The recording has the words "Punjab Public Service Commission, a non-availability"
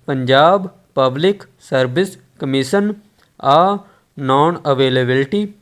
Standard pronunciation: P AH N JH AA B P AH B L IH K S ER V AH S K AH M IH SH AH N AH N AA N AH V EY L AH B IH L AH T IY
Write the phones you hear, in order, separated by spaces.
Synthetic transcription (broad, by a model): P AH N JH AA B P AH B L IH K S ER B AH S K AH M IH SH AH N AH N AA N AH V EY L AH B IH L T IY